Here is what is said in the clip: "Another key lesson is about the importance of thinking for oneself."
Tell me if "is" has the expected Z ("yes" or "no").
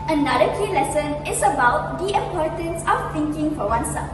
no